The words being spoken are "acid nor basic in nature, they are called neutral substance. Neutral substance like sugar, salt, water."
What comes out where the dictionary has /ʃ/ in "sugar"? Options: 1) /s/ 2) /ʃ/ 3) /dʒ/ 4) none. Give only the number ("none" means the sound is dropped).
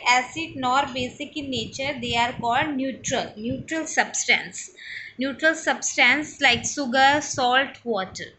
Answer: 1